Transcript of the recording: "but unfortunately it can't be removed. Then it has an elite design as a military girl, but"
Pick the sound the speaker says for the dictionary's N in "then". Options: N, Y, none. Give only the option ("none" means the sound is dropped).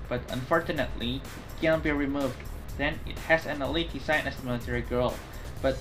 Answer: N